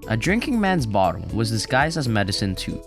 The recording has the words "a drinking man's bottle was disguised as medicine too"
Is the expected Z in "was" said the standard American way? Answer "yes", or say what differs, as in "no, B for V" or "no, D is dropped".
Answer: yes